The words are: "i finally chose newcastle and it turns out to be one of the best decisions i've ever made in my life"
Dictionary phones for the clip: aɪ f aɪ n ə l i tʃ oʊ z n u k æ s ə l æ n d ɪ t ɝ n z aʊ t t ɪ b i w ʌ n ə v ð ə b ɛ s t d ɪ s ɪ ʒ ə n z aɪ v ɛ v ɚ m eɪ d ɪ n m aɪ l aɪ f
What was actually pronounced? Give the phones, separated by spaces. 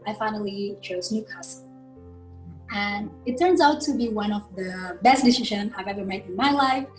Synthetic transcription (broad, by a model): aɪ f aɪ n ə l i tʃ oʊ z n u k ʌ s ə n ɪ t ɝ n z aʊ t t ɪ b i w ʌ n ə v ð ə b ɛ s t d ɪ s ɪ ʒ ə n aɪ v ɛ v ɚ m eɪ d ɪ n m aɪ l aɪ f